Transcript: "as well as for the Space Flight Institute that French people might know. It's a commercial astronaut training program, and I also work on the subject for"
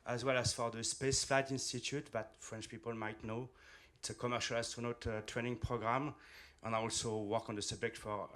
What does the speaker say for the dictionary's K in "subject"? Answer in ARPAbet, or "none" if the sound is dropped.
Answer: K